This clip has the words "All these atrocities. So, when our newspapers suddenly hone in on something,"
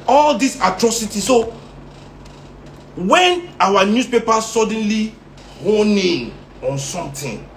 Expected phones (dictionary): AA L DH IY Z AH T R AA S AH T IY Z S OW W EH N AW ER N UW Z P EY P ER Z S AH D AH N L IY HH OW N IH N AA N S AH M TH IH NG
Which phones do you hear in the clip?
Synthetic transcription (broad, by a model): AA L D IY S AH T R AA S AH T IY S OW W EH N AW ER N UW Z P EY P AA S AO D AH N L IY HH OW N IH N AA N S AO M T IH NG